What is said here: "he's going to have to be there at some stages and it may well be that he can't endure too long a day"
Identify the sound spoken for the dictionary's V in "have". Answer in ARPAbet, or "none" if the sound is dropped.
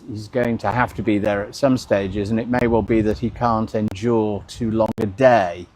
F